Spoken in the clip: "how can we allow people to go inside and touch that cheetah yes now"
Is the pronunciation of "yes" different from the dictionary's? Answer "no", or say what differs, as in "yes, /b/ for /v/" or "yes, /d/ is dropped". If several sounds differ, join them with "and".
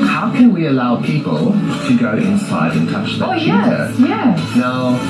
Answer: yes, /s/ is dropped